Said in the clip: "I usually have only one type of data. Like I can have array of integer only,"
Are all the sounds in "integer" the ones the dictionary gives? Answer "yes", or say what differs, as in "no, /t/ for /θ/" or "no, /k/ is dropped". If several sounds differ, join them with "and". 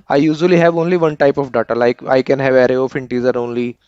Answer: no, /z/ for /dʒ/